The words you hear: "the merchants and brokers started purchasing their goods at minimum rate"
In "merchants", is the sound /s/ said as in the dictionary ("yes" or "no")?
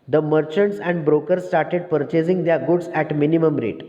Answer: yes